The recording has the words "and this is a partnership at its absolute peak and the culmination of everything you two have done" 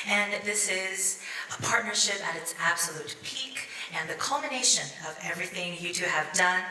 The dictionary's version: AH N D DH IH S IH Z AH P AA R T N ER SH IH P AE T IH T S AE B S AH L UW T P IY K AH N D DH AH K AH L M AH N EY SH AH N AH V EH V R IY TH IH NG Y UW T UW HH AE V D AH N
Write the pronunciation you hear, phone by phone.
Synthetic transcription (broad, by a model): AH N DH IH S IH Z AH P AA R T N ER SH IH P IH T IH T S AE B S AH L UW T P IY K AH N DH AH K AH L M AH N EY SH AH N AH V EH V R IY TH IH NG Y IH T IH V D AH N